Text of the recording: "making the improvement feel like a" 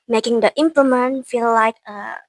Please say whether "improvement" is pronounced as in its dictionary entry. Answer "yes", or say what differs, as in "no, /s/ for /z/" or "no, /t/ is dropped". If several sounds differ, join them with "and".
no, /l/ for /ɹ/ and /v/ is dropped